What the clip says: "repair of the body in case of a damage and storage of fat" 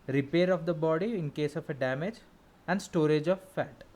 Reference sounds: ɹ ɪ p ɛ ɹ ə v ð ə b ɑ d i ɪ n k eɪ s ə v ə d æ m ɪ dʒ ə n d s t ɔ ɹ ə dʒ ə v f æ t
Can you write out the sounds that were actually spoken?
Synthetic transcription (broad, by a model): ɹ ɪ p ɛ ɹ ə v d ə b ɑ d i ɪ n k eɪ s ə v ə d æ m ɪ dʒ ə n d s t ɔ ɹ ə dʒ ə v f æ t